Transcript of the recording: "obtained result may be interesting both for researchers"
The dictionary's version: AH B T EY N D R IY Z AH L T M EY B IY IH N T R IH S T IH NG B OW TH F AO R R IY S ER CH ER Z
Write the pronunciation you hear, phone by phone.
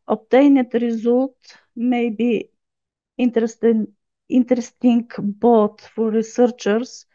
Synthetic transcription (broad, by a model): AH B T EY N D R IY Z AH L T M EY B IY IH N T R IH S T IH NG B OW T F AO R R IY S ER CH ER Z